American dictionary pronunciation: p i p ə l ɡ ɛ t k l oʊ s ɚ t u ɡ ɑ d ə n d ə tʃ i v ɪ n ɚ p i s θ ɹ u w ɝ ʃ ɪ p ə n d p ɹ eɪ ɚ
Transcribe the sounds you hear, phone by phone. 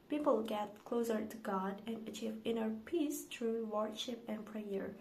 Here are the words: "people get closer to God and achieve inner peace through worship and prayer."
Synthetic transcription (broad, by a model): p i p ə l ɡ ɛ t k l oʊ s ɚ t u ɡ ɑ d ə n ə tʃ i v ɪ n ɚ p i s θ ɹ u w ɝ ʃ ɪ p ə n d p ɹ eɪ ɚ